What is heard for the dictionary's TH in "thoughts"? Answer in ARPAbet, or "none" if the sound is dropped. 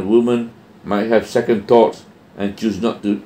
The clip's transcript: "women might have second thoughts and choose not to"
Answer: T